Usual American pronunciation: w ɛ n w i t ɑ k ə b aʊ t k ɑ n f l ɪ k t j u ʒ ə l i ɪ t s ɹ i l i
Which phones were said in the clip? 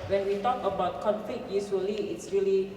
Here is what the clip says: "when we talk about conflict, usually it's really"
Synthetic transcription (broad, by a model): w ɛ n w i t ɑ k ə b aʊ t k ɑ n f l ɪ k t j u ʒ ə l i ɪ t s ɹ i l i